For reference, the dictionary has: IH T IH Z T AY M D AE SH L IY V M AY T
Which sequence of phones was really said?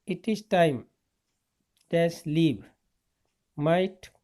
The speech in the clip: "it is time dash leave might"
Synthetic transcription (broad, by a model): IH T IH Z T AY M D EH S L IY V M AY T